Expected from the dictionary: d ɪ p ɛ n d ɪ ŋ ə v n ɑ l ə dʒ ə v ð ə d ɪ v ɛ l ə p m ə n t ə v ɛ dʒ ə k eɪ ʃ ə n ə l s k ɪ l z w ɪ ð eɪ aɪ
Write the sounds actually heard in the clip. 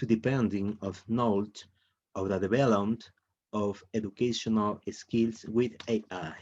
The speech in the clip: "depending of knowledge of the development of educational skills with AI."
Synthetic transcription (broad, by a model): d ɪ p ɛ n d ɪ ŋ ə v n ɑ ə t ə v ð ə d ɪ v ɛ l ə m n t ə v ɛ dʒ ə k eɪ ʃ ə n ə l s k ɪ l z w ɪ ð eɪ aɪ